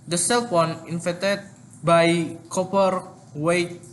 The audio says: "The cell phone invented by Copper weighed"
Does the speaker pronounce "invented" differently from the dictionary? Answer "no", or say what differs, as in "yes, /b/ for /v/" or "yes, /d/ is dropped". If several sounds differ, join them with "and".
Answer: yes, /f/ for /v/ and /n/ is dropped